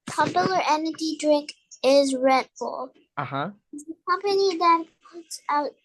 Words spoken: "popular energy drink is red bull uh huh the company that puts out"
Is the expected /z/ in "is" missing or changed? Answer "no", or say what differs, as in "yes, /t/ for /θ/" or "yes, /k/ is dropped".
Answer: no